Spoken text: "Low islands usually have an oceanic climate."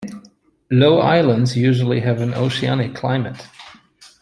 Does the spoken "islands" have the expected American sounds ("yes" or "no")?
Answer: yes